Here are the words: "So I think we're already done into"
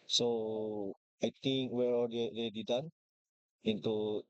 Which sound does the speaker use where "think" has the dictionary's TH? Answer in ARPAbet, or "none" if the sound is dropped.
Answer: T